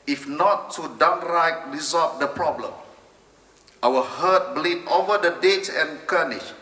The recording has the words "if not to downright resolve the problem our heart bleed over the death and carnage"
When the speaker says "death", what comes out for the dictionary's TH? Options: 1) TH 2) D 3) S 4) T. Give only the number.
4